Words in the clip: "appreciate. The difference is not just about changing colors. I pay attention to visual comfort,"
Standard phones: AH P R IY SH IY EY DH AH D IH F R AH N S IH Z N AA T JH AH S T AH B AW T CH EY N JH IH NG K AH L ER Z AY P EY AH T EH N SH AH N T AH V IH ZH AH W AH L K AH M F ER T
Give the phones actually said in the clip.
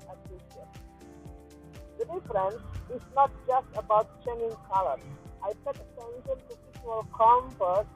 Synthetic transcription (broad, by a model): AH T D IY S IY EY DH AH D IH F R AH N S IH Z N AA T JH AH S T AH B AW T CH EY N IH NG K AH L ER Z AY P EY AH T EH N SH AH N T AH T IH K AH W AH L K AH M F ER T